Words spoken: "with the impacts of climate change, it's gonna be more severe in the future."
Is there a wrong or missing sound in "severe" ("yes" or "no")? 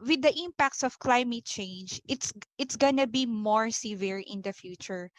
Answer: no